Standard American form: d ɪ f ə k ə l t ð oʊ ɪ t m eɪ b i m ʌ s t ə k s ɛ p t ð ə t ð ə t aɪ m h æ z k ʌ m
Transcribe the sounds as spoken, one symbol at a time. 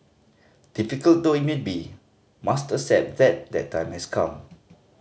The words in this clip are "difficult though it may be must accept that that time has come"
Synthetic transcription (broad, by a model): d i f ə k ə l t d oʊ ɪ t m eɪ b i m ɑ s t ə s ɛ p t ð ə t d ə t aɪ m h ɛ s k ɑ m